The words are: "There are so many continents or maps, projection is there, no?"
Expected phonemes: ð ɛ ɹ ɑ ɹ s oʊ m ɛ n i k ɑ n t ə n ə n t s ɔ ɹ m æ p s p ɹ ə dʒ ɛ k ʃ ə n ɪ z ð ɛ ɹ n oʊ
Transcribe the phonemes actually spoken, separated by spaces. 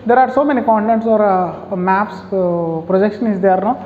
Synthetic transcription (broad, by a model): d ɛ ɹ ɑ ɹ s oʊ m ɛ n i k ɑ n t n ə n t s ɔ ɹ m æ p s p ɹ ə dʒ ɛ k ʃ ə n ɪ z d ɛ ɹ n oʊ